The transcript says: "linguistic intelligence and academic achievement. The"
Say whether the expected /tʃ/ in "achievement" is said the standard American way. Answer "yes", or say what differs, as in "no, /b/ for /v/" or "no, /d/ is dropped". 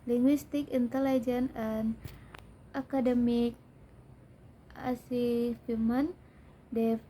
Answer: no, /s/ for /tʃ/